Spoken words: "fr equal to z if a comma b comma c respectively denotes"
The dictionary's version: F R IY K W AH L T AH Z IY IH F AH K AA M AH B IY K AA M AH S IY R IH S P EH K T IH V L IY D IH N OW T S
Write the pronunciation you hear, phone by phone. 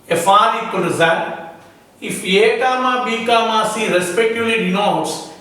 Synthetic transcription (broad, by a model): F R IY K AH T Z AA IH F AH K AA M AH B IY K AA M AH S IY R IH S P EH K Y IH L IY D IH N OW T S